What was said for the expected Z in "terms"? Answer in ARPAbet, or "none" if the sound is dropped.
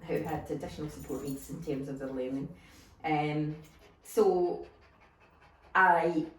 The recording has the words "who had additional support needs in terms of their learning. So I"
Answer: Z